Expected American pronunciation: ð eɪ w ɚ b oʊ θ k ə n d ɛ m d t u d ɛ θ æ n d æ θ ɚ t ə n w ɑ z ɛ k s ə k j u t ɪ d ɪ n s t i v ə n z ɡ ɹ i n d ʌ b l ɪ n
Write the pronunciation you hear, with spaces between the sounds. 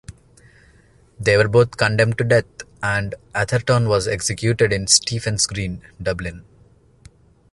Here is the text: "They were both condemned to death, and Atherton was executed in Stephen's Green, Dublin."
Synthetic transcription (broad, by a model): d eɪ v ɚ b oʊ t k ə n d ɛ m d t u d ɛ t æ n d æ t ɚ t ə n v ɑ z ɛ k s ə k j u t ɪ d ɪ n s t i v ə n s ɡ ɹ i n d ʌ b l ɪ n